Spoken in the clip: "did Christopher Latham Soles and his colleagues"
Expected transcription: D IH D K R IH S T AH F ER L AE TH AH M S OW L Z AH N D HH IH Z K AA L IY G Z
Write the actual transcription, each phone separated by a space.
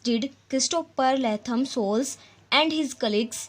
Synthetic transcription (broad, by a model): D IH D K R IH S T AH P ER L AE T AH M S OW L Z AH N D HH IH Z K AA L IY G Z